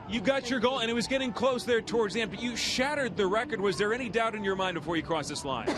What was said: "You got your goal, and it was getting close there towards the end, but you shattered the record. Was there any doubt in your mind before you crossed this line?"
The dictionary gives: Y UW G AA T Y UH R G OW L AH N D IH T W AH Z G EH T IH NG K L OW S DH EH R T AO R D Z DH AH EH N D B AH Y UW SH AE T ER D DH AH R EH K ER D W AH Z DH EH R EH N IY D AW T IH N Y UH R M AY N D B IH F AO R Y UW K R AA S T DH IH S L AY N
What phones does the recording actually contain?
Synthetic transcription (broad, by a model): Y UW G AA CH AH R G OW L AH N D IH T W AH Z G EH T IH NG K L OW S DH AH R T AO R D Z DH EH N B AH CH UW SH AE T ER D DH AH R EH K ER D W AH Z DH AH R EH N IY D AW T IH N Y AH R M AY N D B IH F AO R Y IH K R AA S DH IH S L AY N